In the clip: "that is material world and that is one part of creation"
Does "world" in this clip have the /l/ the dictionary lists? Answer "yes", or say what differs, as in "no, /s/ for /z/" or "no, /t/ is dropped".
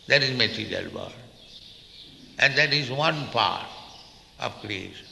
no, /l/ is dropped